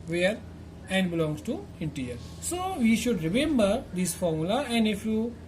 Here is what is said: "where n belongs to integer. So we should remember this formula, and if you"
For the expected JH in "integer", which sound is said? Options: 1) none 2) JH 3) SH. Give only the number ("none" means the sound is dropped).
1